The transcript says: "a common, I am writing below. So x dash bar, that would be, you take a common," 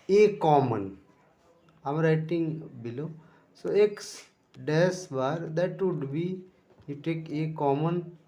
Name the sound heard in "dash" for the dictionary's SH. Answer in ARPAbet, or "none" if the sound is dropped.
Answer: S